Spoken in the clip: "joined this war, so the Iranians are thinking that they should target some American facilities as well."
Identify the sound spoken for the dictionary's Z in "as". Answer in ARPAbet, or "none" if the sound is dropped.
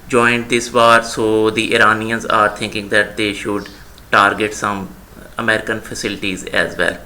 Z